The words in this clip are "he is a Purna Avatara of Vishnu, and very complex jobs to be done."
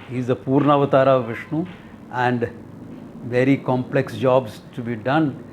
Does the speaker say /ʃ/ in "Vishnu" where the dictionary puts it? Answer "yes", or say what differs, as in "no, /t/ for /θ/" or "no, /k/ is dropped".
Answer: yes